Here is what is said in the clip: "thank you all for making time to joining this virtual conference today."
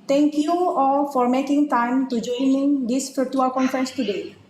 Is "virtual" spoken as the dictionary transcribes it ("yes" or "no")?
no